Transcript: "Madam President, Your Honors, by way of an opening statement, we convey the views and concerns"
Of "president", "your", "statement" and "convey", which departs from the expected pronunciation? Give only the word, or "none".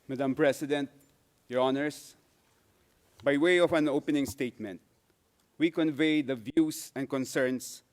president